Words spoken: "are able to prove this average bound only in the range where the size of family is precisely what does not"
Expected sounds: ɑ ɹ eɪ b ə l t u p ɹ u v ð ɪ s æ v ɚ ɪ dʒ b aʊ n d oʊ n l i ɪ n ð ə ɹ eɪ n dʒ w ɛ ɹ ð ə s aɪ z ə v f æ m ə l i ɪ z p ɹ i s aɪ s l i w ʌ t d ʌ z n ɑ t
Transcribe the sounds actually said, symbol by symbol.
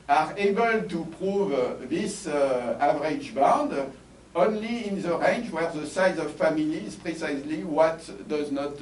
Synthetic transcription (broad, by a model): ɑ ɹ eɪ b ə l t u p ɹ u v ð ɪ s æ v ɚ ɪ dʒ b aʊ n d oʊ n l i ɪ n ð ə ɹ eɪ n dʒ w ɛ ɹ ð ə s aɪ z ə v f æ m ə l i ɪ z p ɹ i s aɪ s l i w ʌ t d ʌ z n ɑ t